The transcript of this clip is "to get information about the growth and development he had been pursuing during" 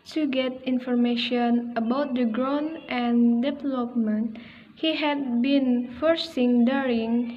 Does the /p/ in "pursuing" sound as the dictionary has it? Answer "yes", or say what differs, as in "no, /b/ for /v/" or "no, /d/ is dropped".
no, /f/ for /p/